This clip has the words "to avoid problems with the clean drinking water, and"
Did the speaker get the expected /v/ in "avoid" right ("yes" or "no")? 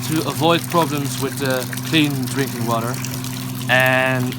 yes